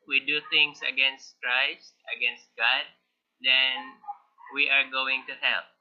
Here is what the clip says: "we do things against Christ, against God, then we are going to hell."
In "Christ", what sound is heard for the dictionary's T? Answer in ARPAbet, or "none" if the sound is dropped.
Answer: T